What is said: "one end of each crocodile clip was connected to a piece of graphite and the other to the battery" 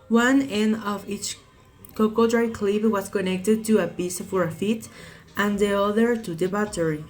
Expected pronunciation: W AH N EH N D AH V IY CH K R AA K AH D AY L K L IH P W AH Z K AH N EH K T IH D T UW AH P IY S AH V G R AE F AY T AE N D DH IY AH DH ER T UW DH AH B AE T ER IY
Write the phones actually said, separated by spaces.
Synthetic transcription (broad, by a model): W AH N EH N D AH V IY CH K AA K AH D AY K L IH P W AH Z K AH N EH K T IH D T UW AH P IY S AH R F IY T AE N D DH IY AH DH ER T UW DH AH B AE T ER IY